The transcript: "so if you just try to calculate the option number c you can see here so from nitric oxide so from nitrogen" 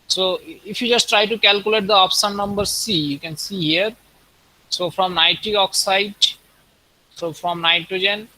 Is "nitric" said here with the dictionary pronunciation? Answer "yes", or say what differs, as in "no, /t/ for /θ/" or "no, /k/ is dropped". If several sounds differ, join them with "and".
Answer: no, /k/ is dropped